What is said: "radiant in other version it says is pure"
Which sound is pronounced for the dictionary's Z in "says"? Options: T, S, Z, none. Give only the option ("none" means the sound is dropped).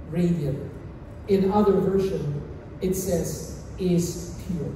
Z